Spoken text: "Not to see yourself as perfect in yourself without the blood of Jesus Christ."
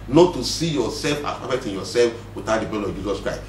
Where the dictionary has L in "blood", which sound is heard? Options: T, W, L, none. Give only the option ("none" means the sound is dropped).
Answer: none